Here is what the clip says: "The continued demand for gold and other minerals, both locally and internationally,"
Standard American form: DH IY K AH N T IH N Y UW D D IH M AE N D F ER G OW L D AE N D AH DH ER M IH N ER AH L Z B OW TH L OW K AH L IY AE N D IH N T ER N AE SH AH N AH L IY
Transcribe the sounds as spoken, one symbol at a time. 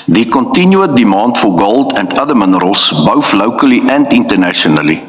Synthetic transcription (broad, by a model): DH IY K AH N T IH N Y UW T D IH M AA N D F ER G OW L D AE N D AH DH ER M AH N ER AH L S B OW F L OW K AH L IY AE N D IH N T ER N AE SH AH N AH L IY